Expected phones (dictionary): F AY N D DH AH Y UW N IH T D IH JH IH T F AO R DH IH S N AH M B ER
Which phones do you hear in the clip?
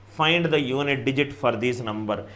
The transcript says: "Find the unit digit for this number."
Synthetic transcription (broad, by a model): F AY N D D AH Y UW N IH T D IH JH IH T F AO R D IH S N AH M B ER